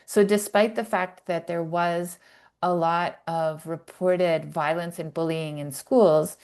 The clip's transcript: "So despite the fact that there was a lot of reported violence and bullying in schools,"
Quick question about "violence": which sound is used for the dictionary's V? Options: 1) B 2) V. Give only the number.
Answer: 2